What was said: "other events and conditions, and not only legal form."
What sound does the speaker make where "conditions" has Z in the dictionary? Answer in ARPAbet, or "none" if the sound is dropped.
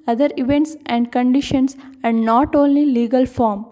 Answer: S